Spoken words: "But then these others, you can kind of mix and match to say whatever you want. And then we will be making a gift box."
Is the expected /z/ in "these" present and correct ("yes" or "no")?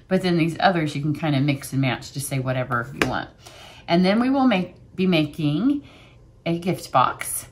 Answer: yes